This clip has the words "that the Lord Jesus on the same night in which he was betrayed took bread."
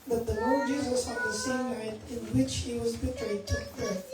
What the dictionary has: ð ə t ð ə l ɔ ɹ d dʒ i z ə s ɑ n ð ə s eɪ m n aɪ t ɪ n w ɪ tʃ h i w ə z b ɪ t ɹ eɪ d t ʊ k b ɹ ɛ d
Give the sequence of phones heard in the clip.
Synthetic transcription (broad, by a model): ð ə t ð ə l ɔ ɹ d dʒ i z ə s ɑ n ð ə s eɪ m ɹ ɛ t ɪ n w ɪ tʃ h i w ə z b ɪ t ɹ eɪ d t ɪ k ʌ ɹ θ